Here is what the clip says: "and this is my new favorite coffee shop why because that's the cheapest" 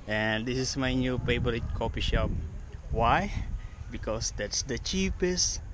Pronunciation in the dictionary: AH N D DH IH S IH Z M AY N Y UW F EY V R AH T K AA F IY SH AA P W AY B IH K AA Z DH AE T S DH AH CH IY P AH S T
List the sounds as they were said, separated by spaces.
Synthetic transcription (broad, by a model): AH N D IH S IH S M AY N Y UW P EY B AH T K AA P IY SH AA P W AY B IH K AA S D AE T S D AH CH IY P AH S T